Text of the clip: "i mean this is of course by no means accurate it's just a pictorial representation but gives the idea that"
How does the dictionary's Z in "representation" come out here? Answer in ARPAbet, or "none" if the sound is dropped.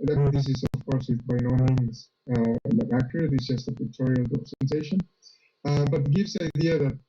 S